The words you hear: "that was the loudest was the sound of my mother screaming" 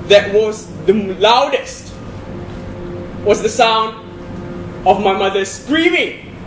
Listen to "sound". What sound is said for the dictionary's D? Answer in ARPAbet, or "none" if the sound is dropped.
D